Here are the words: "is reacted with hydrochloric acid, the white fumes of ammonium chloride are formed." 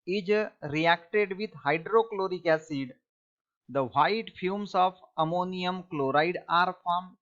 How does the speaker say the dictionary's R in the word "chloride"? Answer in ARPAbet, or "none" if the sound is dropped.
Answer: R